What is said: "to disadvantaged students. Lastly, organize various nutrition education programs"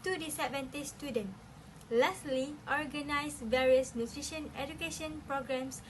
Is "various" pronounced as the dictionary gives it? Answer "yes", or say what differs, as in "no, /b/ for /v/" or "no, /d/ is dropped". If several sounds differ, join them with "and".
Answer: yes